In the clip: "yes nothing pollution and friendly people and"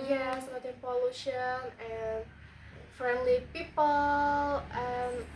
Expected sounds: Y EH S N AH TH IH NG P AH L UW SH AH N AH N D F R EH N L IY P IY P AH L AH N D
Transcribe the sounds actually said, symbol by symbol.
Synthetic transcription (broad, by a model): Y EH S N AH T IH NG P AH L UW SH AH N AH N F R EH N L IY P IY P AH L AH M